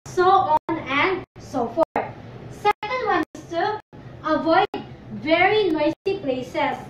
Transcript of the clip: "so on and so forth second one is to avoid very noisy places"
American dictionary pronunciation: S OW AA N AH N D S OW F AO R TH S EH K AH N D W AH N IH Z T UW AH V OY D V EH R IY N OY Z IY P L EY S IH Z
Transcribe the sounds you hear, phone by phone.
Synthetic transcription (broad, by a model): S OW AA N AH N D S OW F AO R T S EH K AH N D W AH N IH S T UW AH V OY D V EH R IY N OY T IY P L EY S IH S